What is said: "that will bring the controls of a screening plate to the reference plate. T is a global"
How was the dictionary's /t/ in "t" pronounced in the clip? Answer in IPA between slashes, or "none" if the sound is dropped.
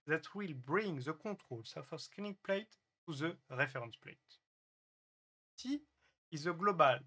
/s/